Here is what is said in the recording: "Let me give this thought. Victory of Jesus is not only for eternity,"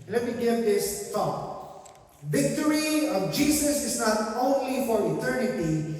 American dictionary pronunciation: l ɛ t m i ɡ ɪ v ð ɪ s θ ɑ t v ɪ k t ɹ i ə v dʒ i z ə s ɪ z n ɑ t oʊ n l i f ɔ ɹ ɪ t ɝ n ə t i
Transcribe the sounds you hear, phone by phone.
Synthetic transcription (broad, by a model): l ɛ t m i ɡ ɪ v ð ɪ s t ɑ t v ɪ k t ɹ i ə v dʒ i s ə s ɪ s n ɑ t oʊ n l i f ɔ ɹ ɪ t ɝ n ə t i